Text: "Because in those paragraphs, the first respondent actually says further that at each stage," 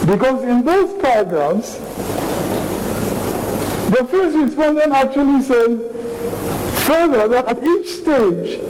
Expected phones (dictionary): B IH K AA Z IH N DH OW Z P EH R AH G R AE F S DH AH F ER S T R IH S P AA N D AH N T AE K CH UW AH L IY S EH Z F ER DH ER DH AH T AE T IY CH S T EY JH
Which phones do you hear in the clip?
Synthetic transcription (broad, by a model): B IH K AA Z IH N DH OW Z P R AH G R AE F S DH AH F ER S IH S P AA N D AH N AE K CH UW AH L IY S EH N F ER DH ER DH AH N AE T IY CH S T EY JH